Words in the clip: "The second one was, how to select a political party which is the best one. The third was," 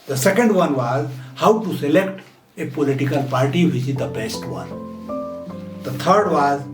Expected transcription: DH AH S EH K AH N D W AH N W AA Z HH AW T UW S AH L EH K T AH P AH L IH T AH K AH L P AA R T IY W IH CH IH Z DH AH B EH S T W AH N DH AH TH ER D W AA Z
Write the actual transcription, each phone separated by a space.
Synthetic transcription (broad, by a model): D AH S EH K AH N D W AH N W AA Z HH AW T UW S AH L EH K T AH P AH L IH T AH K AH L P AA R T IY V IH S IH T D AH B EH S T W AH N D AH T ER D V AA Z